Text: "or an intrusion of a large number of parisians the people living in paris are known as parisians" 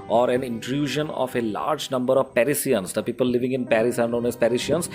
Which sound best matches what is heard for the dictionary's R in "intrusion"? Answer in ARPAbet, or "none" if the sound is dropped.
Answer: R